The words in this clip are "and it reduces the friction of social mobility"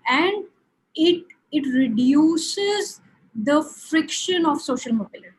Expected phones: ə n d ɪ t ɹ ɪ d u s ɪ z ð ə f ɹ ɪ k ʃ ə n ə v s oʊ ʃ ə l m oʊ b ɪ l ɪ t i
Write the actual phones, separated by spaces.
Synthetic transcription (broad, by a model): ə n d ɪ t ɹ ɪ d u s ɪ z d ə f ɹ ɪ k ʃ ə n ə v s oʊ ʃ ə l m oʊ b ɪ l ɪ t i